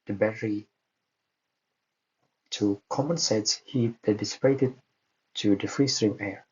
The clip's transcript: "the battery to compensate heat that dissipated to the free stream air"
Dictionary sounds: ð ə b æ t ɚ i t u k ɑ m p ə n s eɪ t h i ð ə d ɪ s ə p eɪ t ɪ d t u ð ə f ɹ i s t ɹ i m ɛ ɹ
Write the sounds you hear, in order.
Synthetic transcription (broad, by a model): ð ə b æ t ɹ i t u k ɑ m ə n s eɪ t h i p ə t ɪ s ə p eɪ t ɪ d t u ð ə f ɹ i s t ɹ i m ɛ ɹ